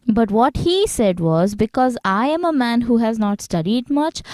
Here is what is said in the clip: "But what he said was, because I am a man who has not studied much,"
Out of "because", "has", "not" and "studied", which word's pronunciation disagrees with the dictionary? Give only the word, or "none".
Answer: none